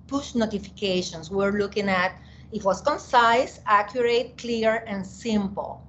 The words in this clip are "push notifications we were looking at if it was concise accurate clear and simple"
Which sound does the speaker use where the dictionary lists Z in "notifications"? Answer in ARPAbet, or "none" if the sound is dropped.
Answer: S